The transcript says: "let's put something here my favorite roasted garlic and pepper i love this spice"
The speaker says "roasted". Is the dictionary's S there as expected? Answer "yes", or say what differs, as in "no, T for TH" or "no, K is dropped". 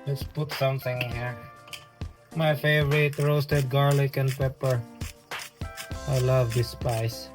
yes